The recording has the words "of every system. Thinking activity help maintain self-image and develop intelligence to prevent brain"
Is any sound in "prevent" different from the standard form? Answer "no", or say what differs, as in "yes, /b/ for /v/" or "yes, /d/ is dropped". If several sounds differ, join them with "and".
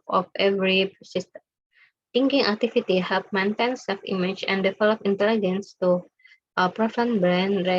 yes, /f/ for /v/